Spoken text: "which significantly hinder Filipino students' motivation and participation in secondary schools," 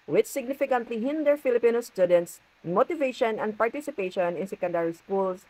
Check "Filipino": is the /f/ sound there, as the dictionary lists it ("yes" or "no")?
yes